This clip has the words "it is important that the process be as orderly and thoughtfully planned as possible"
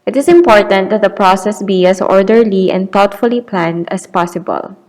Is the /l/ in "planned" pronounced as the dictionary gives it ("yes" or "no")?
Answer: yes